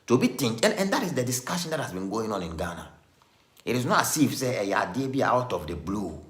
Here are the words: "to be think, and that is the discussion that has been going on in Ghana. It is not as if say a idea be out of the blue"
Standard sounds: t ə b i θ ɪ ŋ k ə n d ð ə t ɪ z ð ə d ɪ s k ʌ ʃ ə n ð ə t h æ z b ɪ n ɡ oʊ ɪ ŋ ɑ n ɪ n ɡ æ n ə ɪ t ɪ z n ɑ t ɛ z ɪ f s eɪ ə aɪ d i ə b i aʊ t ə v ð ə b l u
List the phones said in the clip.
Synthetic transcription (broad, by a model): t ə b i t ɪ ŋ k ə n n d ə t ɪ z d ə d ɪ s k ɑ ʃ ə n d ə t h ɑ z b ɪ n ɡ oʊ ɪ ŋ ɑ n ɪ n ɡ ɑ n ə ɪ t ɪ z n ɑ t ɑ s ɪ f s eɪ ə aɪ d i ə b i aʊ t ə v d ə b l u